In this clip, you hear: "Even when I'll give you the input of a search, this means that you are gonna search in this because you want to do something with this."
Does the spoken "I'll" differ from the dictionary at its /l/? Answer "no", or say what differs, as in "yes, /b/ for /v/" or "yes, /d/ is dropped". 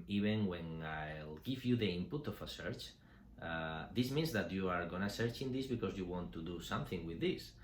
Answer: no